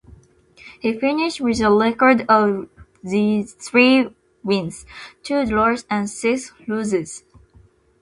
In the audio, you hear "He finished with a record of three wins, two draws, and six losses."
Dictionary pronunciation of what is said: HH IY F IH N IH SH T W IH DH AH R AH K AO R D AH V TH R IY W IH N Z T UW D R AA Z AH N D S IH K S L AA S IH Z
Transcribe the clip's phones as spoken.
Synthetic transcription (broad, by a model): HH IY F IH N IH SH T W IH DH AH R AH K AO R D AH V TH R IY W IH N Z T UW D L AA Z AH N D S IH K S L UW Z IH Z